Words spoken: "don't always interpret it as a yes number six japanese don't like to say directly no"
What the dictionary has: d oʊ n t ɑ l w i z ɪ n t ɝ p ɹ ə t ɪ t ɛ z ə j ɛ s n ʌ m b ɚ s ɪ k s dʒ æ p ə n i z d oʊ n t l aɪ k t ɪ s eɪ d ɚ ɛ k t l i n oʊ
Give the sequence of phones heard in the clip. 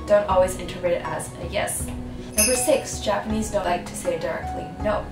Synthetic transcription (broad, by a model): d oʊ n t ɑ l w i z ɪ n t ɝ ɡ ɹ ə t ɪ t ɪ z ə j ɛ s n ʌ m b ɚ s ɪ k s dʒ æ p ə n i z d oʊ n t l aɪ k t ɪ s eɪ d ɚ ɛ k t l i n oʊ